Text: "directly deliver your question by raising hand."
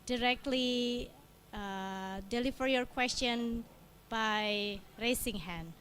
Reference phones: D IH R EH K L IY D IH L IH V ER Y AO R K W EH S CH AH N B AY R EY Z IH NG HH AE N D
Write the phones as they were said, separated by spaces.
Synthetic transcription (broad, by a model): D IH R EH K L IY D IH L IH F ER Y AO R K W EH S CH AH N B AY R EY S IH NG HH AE N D